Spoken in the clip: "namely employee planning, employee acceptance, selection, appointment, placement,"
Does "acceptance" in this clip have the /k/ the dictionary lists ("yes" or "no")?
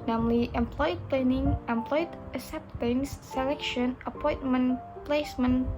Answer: no